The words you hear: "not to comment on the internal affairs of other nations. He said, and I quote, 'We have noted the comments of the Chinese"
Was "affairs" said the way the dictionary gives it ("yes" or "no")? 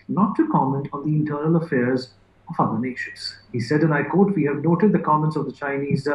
yes